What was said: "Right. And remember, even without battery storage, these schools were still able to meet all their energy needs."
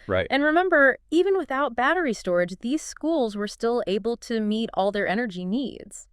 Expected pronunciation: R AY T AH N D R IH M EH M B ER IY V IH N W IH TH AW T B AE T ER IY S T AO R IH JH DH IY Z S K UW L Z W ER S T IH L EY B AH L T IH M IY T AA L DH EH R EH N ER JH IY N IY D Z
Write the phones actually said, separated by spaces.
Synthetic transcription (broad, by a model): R AY T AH N R IH M EH M B ER IY V IH N W IH TH AW T B AE T ER IY S T AO R IH JH DH IY Z S K UW L Z W ER S T IH L EY B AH L T IH M IY T AA L DH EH R EH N ER JH IY N IY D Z